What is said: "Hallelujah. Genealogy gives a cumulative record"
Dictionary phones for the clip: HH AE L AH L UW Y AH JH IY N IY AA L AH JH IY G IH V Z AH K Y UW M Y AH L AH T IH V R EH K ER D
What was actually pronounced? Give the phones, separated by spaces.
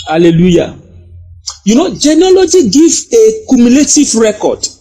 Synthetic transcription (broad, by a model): HH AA L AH L UW Y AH JH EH N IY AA L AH JH IY G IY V AH K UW M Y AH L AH T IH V R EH K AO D